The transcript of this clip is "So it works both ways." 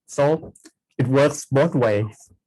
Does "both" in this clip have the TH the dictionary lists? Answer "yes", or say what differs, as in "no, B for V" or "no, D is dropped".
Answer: no, T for TH